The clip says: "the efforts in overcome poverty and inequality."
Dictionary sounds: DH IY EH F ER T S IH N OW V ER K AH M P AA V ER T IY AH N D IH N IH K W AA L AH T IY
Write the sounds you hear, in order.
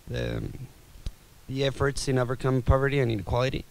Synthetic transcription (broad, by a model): DH IY EH F ER T S IH N OW V ER K AH M P AA V ER T IY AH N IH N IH K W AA L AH T IY